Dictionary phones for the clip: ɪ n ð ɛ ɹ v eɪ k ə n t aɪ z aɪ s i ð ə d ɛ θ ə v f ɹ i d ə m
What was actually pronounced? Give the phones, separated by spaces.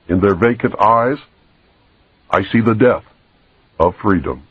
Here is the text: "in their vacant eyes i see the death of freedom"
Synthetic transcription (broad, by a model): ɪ n ð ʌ ɹ v eɪ k ə n t aɪ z aɪ s i ð ə d ɛ θ ə v f ɹ i d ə m